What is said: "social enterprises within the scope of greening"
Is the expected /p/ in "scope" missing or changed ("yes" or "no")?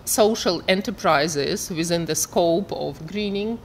no